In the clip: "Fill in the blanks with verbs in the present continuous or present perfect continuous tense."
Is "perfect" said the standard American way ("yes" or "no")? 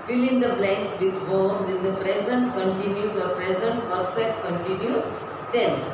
yes